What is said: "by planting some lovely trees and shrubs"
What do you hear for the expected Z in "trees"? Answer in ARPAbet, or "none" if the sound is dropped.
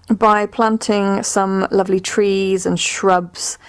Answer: Z